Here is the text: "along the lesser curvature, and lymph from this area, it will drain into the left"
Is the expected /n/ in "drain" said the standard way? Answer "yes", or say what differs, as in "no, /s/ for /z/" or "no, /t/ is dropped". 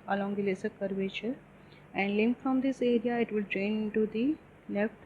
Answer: no, /n/ is dropped